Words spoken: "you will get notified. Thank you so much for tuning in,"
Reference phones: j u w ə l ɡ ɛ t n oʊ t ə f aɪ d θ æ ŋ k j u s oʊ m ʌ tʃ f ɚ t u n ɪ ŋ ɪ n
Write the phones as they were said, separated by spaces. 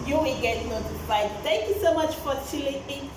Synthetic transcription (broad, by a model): j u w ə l ɡ ɛ t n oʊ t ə f aɪ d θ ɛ ŋ k j u s oʊ m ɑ tʃ f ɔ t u l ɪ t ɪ